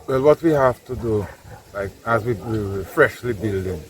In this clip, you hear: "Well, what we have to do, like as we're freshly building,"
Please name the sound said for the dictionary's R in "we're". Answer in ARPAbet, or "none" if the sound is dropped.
W